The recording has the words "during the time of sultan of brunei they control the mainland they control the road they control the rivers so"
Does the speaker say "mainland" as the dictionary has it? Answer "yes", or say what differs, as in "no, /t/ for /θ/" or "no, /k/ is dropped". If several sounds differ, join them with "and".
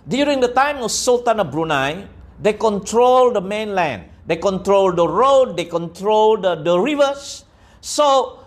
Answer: yes